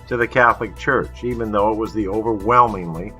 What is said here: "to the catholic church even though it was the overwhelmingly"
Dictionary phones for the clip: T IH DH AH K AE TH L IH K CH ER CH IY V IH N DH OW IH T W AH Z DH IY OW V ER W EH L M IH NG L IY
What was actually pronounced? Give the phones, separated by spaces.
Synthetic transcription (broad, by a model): T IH DH AH K AE TH L IH K CH ER CH IY V IH N DH OW IH T W AH Z DH IY OW V ER W EH L M IH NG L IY